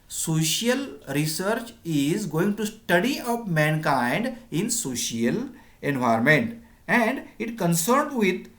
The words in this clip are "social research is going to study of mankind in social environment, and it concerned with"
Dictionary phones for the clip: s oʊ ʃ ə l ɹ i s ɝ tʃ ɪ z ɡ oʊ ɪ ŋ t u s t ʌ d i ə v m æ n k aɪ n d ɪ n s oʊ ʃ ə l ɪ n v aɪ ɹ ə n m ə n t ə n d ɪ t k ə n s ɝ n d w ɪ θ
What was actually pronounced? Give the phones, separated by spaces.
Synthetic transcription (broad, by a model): s oʊ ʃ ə l ɹ i s ɝ tʃ ɪ z ɡ oʊ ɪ ŋ t u s t ʌ d i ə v m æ n k aɪ n d ɪ n s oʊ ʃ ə l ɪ n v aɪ ɹ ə m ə n t ə n d ɪ t k ə n s ɝ n d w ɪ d